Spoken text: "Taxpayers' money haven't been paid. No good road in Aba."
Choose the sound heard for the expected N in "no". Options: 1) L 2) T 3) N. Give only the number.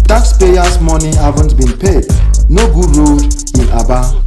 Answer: 3